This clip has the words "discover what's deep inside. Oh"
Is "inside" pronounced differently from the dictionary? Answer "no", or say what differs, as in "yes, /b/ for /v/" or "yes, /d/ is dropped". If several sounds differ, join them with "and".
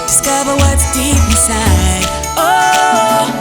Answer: yes, /n/ is dropped